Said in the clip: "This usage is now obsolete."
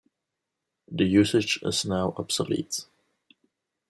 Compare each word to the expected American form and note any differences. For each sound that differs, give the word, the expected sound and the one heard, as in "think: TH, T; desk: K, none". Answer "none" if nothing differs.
this: S, none